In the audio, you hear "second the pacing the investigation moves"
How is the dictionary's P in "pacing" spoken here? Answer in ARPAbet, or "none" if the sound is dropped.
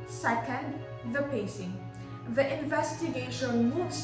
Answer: P